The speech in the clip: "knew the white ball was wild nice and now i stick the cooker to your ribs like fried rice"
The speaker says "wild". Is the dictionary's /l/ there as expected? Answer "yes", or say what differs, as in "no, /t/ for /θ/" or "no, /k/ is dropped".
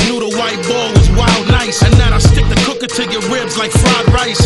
yes